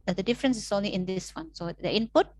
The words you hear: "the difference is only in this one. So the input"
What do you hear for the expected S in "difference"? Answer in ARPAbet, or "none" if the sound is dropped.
S